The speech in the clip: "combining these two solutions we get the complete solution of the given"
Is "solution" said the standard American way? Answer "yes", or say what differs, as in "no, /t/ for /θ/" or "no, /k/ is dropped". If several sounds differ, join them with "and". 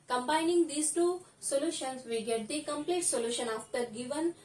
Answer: yes